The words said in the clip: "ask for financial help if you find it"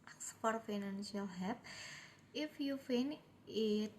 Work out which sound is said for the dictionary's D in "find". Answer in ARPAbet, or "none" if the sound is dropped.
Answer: none